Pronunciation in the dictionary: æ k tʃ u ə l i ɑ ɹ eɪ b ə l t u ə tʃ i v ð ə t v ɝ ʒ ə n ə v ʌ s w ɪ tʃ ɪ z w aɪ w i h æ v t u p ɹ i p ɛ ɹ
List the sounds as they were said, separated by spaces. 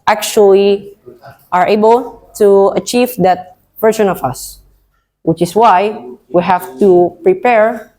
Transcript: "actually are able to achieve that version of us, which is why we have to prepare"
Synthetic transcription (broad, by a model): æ k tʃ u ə l i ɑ ɹ eɪ b ə l t u ə tʃ i v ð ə t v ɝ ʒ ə n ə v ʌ s w ɪ tʃ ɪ s w aɪ w i h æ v t u p ɹ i p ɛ ɹ